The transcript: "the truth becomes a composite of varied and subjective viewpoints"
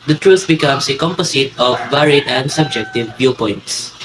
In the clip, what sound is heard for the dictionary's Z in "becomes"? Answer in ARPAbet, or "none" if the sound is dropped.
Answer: S